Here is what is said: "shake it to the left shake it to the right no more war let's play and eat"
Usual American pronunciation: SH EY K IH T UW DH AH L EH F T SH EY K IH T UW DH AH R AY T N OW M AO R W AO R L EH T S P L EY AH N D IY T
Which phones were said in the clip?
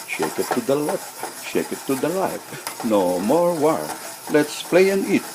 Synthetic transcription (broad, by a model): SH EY K IH T UW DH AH L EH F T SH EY K IH T UW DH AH L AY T N OW M AO R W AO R L EH T S P L EY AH N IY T